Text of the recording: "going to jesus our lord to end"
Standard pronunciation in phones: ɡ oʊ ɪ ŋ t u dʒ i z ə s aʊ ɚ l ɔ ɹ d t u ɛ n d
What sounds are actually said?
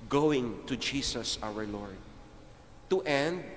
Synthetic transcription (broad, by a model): ɡ oʊ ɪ ŋ t u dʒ i s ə s aʊ ɚ l ɔ ɹ d t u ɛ n d